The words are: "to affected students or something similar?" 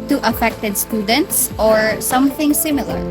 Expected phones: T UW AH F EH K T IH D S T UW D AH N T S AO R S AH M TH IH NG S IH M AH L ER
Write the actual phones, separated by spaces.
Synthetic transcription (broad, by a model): T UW AH F EH K T IH D S T UW D AH N T S AO R S AH M TH IH NG S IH M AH L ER